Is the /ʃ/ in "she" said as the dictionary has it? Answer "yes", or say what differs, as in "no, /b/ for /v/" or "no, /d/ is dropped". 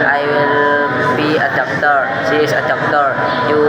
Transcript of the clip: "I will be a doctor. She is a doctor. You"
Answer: no, /s/ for /ʃ/